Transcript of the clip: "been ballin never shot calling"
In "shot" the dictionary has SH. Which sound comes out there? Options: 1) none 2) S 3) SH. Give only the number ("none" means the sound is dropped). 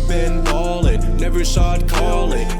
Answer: 2